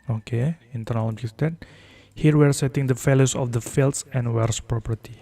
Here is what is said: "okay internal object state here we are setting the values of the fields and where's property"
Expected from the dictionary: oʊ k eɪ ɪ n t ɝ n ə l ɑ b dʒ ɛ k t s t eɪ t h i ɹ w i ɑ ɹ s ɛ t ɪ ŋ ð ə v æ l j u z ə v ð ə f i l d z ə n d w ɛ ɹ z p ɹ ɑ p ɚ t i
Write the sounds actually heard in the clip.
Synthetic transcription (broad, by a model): oʊ k eɪ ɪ n t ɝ n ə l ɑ dʒ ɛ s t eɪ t h i ɹ w i ɹ s ɛ t ɪ ŋ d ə f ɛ l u s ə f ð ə f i l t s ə n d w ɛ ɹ s p ɹ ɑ p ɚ t i